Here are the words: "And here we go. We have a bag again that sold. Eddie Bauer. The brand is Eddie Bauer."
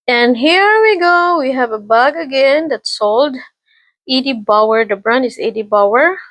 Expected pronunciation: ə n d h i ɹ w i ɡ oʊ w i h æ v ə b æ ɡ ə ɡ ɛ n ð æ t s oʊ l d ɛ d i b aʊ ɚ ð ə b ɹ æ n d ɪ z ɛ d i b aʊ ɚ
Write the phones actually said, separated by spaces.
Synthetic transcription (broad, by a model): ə n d h i ɹ w i ɡ oʊ w i h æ v ə b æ ɡ ə ɡ ɛ n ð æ t s oʊ l d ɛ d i b aʊ ɚ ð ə b ɹ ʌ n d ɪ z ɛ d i b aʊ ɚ